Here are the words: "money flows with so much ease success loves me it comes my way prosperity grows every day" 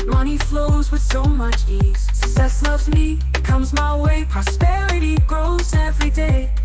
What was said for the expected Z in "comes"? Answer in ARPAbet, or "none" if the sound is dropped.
Z